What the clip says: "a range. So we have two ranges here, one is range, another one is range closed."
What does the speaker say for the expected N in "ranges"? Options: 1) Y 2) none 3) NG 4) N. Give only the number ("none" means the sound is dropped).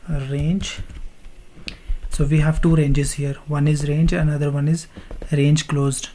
4